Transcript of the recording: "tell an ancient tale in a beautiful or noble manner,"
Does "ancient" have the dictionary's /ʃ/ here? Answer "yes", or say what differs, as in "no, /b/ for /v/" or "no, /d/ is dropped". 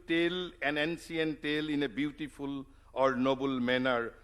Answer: no, /s/ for /ʃ/